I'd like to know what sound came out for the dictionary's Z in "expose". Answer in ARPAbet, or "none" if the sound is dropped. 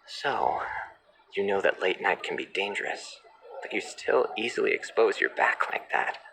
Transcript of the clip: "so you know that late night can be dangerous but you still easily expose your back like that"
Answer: Z